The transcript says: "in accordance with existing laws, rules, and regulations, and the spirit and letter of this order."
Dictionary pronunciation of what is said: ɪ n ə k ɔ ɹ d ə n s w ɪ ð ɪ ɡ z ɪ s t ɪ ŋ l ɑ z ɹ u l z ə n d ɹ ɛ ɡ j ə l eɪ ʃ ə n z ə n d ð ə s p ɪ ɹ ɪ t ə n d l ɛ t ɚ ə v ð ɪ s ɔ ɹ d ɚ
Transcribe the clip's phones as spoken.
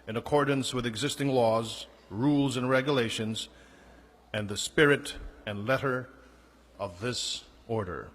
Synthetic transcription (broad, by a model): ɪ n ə k ɔ ɹ d n s w ɪ ð ɪ ɡ z ɪ s t ɪ ŋ l ɑ z ɹ u l z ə n ɹ ɛ ɡ j ə l eɪ ʃ ə n z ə n ð ə s p ɪ ɹ ɪ t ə n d l ɛ t ɚ ə v ð ɪ s ɔ ɹ d ɚ